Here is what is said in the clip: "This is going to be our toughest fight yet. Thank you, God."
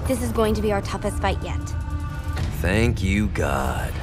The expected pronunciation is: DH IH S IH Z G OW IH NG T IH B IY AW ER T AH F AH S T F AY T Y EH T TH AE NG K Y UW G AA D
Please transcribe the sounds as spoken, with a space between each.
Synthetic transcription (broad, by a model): DH IH S IH Z G OW IH NG T IH B IY AW ER T AH F AH S T F AY T Y EH T TH AE NG K Y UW G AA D